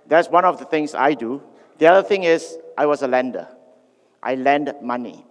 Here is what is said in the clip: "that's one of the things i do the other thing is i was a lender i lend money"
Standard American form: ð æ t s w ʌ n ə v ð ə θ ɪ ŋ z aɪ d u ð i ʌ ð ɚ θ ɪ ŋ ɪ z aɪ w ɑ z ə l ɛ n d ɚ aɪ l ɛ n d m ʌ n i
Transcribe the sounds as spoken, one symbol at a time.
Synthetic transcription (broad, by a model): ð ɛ t s w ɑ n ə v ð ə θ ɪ ŋ s aɪ d u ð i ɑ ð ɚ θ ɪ ŋ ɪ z aɪ w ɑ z ə l ɛ n d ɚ aɪ l ɛ n d m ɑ n i